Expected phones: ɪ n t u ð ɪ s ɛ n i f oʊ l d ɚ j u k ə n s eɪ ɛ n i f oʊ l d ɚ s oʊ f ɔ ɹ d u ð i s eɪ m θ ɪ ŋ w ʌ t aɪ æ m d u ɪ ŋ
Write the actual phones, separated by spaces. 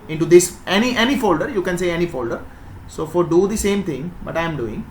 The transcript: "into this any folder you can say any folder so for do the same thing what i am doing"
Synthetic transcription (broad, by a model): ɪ n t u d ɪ s ɛ n i f oʊ l d ɚ j u k ə n s eɪ ɛ n i f oʊ l d ɚ s oʊ f ɔ ɹ d u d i s eɪ m t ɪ ŋ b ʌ t aɪ m d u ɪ ŋ